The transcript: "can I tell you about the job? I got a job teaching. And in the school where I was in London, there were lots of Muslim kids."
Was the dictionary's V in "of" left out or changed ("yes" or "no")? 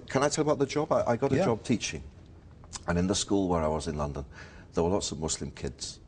no